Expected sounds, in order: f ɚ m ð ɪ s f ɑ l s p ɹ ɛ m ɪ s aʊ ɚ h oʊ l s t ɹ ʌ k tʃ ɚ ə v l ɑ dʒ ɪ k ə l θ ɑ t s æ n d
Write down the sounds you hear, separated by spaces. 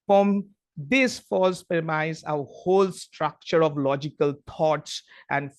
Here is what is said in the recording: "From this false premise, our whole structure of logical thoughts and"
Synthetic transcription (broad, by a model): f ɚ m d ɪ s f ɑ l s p ɛ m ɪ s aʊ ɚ h oʊ l s t ɹ ʌ k tʃ ɚ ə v l ɑ dʒ ɪ k ə l t ɑ t s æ n d